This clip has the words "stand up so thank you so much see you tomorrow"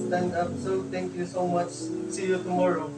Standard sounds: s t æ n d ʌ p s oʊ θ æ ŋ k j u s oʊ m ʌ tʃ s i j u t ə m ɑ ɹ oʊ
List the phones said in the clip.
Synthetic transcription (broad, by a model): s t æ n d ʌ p s oʊ t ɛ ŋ k j u s oʊ m ʌ tʃ s i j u t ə m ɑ ɹ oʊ